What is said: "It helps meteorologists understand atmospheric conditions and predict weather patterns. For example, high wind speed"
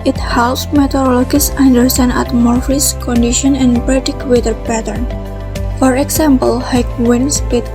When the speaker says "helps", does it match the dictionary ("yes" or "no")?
no